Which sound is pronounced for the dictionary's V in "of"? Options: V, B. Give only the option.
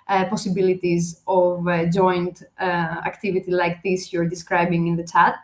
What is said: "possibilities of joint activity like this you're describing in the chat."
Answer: V